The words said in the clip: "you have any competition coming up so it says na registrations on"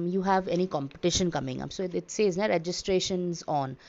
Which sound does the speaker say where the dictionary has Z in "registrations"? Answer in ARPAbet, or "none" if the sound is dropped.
Z